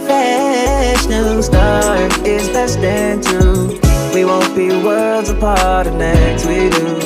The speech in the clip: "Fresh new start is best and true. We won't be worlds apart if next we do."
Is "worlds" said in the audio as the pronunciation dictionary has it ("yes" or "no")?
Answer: yes